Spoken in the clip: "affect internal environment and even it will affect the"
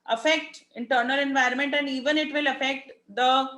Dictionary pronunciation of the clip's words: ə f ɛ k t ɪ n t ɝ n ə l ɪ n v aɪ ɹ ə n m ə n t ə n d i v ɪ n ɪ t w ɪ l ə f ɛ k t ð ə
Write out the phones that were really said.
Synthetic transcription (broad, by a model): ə f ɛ k t ɪ n t ɝ n ə l ɪ n v aɪ ɹ ə n m ə n t ə n d i v ɪ n ɪ t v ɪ l ə f ɛ k t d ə